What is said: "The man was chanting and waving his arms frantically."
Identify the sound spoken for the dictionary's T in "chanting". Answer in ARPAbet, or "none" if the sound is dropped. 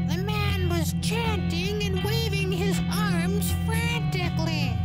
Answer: T